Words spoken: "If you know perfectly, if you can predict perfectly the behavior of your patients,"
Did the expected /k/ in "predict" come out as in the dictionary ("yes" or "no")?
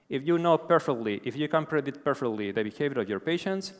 no